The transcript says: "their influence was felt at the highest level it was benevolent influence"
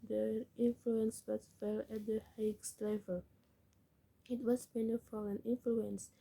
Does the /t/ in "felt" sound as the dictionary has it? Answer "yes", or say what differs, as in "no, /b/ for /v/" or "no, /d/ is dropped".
no, /t/ is dropped